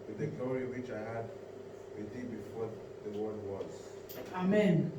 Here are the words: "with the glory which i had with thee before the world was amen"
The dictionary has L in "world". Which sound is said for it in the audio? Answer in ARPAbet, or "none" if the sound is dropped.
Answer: none